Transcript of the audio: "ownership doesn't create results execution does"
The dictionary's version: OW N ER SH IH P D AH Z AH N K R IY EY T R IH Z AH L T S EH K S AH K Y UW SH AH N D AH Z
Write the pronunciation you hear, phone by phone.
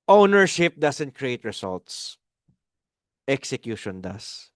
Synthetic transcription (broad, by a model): OW N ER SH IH P D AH S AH N K R IY EY T R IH S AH L T S EH K S AH K Y UW SH AH N D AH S